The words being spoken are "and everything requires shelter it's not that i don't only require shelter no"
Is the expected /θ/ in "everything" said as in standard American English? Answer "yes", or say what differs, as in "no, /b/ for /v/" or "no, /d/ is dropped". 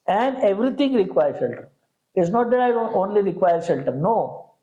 no, /t/ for /θ/